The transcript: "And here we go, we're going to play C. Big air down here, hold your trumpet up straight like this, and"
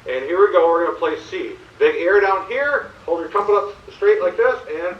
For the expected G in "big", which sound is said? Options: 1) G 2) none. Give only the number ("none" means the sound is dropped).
2